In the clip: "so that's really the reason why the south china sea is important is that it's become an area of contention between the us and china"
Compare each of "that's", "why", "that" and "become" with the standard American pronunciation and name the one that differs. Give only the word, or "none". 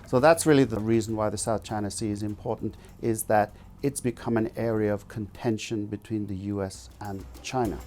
none